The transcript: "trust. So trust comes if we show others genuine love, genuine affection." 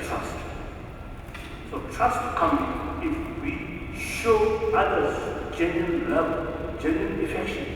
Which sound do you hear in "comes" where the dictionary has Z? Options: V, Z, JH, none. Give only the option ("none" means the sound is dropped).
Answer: none